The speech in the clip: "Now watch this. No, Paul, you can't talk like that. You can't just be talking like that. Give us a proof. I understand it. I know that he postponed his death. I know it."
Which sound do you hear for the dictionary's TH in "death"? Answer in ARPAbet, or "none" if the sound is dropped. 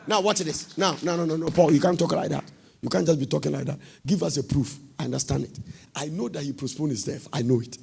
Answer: F